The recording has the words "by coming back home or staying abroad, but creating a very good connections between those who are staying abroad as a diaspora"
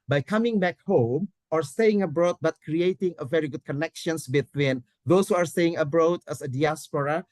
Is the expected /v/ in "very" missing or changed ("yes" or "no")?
no